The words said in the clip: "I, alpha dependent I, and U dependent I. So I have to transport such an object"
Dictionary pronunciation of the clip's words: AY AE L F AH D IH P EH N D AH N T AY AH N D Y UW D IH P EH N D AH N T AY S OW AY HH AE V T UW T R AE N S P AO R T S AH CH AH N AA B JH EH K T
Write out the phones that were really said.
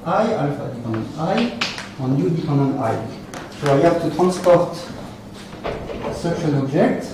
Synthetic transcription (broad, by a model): AY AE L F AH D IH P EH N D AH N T AY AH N Y UW D IH P EH N D AH N T AY S OW AY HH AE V T UW T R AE N S P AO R T S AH SH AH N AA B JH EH K T